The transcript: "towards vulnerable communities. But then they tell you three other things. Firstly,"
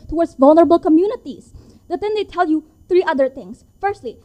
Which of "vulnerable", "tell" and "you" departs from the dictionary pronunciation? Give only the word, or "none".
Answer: none